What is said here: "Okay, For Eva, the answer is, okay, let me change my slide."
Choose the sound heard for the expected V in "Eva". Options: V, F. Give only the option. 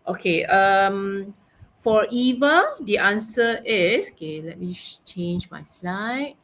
V